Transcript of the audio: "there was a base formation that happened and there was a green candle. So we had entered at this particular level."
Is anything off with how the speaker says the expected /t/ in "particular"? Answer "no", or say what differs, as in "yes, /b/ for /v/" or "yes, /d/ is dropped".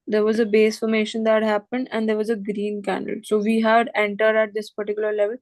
no